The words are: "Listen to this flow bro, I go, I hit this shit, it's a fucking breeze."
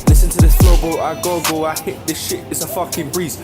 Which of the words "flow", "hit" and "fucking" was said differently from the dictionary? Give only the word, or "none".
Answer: flow